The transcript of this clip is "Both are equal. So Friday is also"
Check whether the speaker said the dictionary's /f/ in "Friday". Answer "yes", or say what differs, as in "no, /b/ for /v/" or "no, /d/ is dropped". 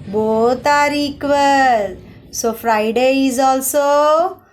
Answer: no, /p/ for /f/